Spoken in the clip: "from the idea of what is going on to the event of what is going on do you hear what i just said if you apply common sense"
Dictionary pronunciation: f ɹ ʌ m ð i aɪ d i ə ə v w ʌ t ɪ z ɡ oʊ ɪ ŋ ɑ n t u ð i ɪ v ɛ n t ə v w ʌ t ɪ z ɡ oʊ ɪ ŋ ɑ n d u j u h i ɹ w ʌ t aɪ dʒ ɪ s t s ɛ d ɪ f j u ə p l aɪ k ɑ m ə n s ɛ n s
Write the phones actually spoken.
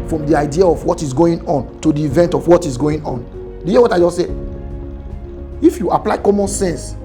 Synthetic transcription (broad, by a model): f ɹ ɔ m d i aɪ d i ə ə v w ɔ t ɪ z ɡ oʊ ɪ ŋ ɑ n t u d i v ɛ n t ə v w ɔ t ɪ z ɡ oʊ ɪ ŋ ɑ n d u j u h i w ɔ t aɪ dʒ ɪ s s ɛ ɪ f j u ə p l aɪ k ɑ m ə n s ɛ n s